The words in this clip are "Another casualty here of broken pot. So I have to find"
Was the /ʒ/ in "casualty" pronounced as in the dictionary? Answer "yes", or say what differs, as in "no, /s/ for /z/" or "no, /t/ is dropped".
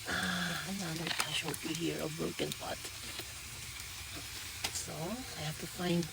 no, /ʃ/ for /ʒ/